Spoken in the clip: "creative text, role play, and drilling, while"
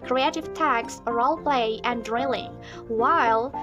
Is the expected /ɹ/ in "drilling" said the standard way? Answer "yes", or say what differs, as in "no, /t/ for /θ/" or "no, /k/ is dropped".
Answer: yes